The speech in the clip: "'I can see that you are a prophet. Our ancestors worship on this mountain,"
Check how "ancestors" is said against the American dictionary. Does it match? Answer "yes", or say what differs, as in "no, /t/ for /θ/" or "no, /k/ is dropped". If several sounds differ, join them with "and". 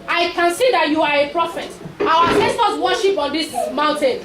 no, /n/ is dropped